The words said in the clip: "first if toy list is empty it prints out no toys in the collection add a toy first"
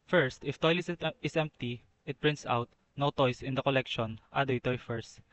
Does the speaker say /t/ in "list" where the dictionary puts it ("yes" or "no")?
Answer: no